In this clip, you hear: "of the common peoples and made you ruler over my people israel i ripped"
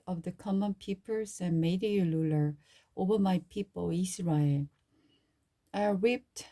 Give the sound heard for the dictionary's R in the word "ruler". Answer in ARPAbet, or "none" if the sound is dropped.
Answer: L